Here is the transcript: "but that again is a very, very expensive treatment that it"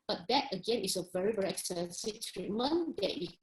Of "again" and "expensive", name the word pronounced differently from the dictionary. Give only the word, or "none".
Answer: expensive